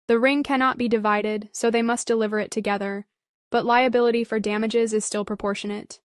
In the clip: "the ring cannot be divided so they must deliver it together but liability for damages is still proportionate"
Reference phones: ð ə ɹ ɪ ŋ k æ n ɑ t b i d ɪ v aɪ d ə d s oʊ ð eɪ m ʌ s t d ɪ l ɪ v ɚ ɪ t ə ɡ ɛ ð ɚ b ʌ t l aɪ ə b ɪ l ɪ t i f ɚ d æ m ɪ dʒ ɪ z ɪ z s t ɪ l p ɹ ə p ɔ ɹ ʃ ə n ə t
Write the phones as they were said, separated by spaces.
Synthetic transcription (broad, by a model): ð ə ɹ ɪ ŋ k æ n ɑ t b i d ɪ v aɪ d ə d s oʊ ð eɪ m ʌ s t d ɪ l ɪ v ɚ ɪ t ə ɡ ɛ ð ɚ b ʌ t l aɪ ə b ɪ l ɪ t i f ɚ d æ m ɪ dʒ ɪ z ɪ z s t ɪ l p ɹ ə p ɔ ɹ ʃ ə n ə t